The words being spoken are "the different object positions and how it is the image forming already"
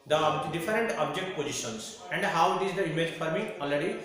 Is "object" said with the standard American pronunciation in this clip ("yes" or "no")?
yes